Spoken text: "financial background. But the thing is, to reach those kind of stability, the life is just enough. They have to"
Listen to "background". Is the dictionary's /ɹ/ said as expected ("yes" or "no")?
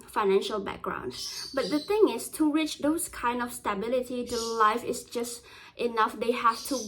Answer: yes